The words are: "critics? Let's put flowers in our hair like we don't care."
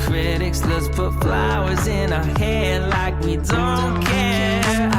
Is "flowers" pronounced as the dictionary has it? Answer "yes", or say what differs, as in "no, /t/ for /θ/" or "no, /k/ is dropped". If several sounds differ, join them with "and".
yes